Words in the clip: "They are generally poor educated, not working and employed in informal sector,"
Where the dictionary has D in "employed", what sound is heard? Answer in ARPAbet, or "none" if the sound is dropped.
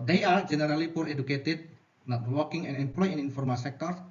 none